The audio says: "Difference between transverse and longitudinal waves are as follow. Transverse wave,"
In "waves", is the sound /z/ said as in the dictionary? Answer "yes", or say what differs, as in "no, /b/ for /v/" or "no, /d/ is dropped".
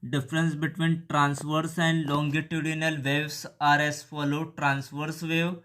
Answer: no, /s/ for /z/